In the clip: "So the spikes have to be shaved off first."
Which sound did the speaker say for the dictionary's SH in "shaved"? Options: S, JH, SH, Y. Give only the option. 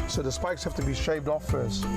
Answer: SH